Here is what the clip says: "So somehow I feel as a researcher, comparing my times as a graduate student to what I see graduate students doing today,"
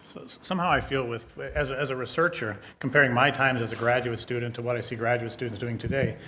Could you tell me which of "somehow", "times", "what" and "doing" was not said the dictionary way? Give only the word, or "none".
none